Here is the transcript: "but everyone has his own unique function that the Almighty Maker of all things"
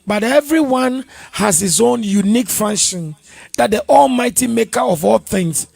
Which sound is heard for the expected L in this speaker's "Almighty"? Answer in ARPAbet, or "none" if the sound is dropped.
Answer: L